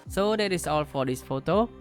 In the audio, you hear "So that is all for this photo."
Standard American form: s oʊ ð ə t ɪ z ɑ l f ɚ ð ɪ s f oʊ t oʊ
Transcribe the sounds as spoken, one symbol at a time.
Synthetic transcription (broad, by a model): s oʊ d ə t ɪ s ɑ l f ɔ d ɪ s f oʊ t oʊ